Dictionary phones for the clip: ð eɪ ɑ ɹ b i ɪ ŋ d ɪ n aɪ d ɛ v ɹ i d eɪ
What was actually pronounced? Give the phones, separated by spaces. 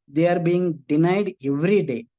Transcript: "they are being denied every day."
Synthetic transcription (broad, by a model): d eɪ ɑ ɹ b i ɪ ŋ d ɪ n aɪ d ɛ v ɹ i d eɪ